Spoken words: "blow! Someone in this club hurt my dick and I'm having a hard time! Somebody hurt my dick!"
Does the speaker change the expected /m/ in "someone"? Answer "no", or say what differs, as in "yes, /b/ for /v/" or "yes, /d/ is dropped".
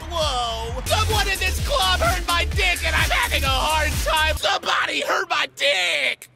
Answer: yes, /m/ is dropped